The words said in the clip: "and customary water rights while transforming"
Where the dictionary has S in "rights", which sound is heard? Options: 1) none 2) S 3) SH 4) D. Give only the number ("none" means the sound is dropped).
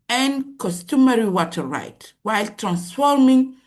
1